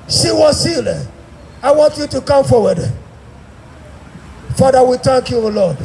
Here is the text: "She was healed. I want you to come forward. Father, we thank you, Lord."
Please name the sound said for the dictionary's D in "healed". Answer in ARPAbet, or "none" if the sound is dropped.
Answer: none